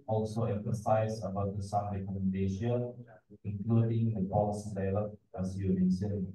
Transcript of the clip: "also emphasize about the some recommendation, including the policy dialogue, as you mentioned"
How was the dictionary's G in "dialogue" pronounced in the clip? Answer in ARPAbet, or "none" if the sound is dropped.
none